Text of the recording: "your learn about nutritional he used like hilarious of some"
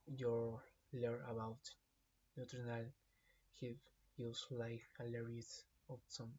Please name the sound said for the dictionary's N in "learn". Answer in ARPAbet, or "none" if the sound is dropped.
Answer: none